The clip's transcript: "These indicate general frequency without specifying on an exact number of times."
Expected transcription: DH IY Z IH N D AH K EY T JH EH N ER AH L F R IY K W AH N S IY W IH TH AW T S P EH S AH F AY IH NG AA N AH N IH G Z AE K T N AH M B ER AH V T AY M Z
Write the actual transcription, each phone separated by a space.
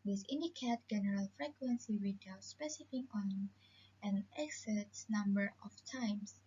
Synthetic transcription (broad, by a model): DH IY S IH N D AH K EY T JH EH N ER AH L F R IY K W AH N S IY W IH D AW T S P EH S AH F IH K AA N AH N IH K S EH T N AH M B ER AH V T AY M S